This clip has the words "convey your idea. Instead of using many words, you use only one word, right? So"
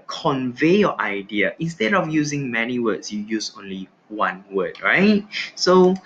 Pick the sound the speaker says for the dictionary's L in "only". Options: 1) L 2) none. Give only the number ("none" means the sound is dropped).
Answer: 1